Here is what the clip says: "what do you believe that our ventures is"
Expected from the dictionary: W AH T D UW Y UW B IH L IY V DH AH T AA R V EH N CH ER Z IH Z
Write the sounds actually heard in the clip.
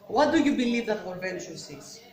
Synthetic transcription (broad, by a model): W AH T D UW Y UW B IH L IY V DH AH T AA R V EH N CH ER S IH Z